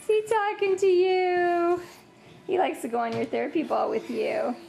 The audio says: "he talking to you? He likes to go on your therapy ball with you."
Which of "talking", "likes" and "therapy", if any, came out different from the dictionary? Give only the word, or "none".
none